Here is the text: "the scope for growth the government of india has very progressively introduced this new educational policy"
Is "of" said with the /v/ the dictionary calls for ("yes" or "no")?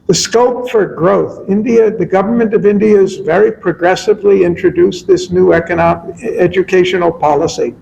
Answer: yes